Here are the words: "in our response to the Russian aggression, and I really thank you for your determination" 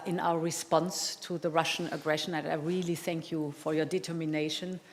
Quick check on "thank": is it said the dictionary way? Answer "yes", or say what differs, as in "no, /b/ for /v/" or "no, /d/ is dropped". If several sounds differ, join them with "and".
yes